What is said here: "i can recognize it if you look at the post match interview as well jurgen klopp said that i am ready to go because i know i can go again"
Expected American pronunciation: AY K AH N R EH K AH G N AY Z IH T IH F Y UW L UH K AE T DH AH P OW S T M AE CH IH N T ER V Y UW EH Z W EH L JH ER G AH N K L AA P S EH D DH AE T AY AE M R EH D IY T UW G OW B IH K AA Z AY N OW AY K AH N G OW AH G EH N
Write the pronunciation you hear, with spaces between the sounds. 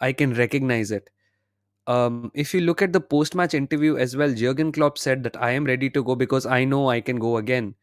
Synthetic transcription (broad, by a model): AY K AH N R EH K AH G N AY Z IH T IH F Y UW L UH K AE T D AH P OW S T M AE CH IH N T ER V Y UW EH Z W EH L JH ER G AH N K L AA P S EH D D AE T AY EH M R EH D IY T UW G OW B IH K AA Z AY N OW AY K AH N G OW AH G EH N